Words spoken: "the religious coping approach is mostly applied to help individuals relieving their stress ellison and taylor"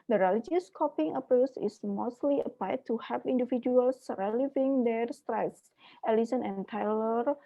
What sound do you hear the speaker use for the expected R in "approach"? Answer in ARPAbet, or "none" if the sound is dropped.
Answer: none